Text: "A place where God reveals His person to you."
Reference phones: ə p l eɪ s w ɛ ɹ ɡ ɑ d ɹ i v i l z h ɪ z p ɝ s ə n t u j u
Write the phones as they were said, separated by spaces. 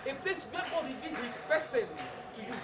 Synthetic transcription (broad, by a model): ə p l eɪ s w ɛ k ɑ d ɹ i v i z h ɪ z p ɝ s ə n t u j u